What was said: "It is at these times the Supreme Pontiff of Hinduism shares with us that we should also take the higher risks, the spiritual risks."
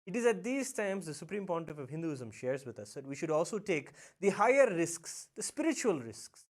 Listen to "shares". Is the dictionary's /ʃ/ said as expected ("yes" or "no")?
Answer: yes